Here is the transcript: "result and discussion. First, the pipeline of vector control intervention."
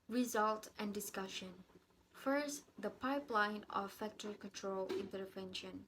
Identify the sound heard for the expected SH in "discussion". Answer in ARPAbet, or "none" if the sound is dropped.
SH